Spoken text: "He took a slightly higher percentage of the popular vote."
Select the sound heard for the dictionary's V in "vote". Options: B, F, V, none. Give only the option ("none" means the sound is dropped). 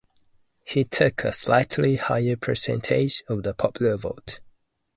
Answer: V